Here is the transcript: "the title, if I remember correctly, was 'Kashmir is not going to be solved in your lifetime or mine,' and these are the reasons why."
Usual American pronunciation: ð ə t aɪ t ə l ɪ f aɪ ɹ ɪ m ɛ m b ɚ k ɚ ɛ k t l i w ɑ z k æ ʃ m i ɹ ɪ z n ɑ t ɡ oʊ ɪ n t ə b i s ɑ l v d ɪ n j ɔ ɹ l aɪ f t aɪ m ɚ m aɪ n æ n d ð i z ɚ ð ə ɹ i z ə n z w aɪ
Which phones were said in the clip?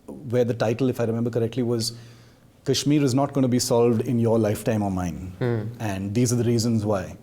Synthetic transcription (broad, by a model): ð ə t aɪ t ə l ɪ f aɪ ɹ ɪ m ɛ m b ɚ k ɚ ɛ k t l i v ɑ z k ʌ ʃ m i ɹ ɪ z n ɑ t ɡ oʊ ɪ n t b i s ɑ l v d ɪ n j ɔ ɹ l aɪ f t aɪ m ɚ m aɪ n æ n d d i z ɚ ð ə ɹ i z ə n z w aɪ